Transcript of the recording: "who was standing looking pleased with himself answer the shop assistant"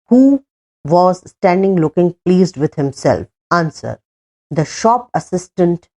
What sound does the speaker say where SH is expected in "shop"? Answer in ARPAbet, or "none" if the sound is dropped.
SH